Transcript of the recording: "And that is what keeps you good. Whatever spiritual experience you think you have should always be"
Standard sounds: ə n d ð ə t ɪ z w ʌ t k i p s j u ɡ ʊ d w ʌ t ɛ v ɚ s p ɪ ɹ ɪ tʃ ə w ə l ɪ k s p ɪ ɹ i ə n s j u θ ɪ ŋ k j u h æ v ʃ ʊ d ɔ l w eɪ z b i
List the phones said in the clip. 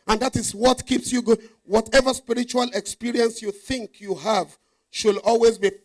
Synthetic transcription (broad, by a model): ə n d ð ə t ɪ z w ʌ t k i p s j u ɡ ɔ w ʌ t ɛ v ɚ s p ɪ ɹ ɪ tʃ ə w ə l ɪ k s p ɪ ɹ i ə n s j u θ ɪ ŋ k j u h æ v ʃ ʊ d ɔ l w eɪ z b i